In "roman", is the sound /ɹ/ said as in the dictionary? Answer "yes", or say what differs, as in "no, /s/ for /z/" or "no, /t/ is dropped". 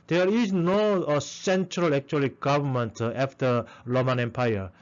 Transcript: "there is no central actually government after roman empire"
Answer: no, /l/ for /ɹ/